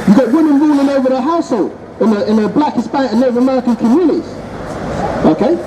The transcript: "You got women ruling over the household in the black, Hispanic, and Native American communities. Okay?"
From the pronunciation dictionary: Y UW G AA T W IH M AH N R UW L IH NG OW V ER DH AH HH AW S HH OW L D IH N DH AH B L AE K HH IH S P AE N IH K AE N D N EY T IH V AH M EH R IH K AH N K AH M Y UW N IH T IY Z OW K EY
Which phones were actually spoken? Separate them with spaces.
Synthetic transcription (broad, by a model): Y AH G AA T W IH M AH N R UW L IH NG OW V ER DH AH HH AW S HH OW L D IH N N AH B L AE K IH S B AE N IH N N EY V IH AH M EH R IH K AH N K AH M Y UW N IH T IY Z OW K EY